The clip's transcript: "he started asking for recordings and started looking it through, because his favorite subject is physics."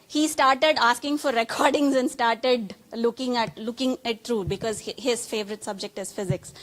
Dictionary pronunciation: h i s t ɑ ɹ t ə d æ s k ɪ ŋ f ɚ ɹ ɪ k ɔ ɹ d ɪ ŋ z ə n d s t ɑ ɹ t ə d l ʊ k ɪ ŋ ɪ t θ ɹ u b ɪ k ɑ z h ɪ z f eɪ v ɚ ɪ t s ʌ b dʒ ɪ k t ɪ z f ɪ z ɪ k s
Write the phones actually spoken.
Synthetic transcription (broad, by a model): h i s t ɑ ɹ t ə d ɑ s k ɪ ŋ f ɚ ɹ ɪ k ɔ ɹ d ɪ ŋ z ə n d s t ɑ ɹ t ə d l ʊ k ɪ ŋ ɪ t t ɹ u b ɪ k ɑ z h ɪ z f eɪ v ɚ ɪ t s ʌ b dʒ ɪ k t ɪ z f ɪ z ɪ k s